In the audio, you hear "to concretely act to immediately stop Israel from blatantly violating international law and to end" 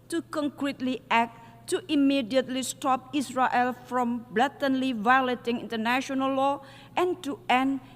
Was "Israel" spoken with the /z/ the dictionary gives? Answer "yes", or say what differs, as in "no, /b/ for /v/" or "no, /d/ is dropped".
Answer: no, /s/ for /z/